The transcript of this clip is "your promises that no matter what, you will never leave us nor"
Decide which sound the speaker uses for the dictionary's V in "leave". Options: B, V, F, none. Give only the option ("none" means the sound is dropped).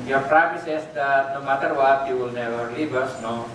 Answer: B